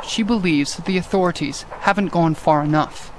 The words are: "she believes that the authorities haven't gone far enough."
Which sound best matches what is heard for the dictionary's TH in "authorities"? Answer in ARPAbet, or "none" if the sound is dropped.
TH